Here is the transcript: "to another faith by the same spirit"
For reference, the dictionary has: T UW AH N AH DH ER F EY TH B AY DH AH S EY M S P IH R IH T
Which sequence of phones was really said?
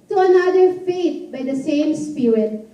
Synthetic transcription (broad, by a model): T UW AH N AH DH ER F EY T B AY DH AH S EY M S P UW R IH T